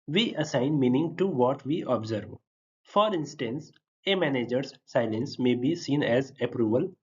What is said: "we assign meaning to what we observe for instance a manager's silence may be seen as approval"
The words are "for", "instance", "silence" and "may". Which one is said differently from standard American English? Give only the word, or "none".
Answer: none